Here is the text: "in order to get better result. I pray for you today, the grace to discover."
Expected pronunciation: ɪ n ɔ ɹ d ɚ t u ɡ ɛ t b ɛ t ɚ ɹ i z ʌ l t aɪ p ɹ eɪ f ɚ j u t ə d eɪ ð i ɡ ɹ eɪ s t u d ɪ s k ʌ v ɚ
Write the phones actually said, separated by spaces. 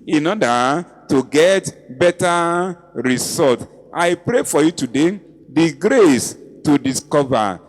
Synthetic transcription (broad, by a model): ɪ n ɔ d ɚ t u ɡ ɛ t b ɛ t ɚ ɹ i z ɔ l t aɪ p ɹ eɪ f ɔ j u t ə d eɪ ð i ɡ ɹ eɪ s t u d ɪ s k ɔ v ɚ